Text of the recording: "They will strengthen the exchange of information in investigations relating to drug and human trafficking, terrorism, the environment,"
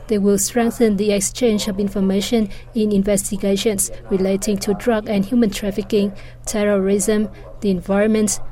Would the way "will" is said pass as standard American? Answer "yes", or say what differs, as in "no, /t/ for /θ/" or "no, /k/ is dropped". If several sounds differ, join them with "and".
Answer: yes